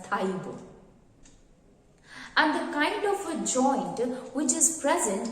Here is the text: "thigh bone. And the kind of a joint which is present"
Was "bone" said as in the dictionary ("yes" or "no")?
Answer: no